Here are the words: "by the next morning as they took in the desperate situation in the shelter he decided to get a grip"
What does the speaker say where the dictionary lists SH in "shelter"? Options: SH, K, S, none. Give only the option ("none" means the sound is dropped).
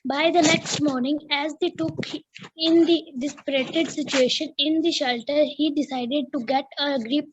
SH